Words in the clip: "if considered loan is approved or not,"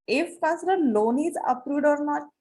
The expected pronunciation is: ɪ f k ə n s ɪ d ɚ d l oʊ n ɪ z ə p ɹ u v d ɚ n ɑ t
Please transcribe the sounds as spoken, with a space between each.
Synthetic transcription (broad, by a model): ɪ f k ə s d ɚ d l oʊ n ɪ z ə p ɹ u d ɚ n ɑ